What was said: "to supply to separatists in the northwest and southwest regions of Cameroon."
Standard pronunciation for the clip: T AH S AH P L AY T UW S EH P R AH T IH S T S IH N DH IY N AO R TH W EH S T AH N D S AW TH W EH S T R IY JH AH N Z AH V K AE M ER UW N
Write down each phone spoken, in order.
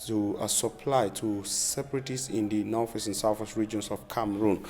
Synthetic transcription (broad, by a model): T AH S AH P L AY T UW S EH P R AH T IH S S IH N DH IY N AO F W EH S AH N S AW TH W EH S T R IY JH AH N S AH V K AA M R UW N